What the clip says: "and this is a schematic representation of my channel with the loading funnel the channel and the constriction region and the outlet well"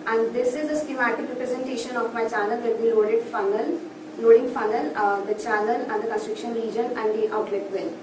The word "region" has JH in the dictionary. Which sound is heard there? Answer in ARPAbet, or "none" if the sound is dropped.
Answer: JH